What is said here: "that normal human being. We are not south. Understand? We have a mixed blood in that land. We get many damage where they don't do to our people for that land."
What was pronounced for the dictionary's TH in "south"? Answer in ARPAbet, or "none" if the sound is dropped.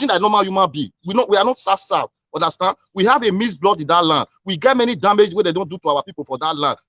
S